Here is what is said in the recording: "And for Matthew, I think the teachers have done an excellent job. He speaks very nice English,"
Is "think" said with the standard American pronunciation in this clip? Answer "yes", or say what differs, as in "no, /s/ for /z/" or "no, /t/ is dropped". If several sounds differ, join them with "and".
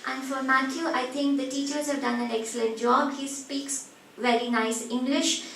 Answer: no, /t/ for /θ/